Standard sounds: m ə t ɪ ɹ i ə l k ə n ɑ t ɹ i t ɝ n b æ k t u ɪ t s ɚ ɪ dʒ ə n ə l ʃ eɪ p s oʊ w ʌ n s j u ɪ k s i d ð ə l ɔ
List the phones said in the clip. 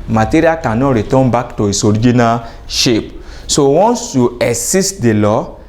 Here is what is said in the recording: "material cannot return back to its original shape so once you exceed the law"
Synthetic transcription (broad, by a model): m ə t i ɹ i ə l k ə n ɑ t ɹ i t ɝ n b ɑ k t u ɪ s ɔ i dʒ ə n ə ʃ eɪ p s oʊ w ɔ n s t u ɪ s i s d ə l ɔ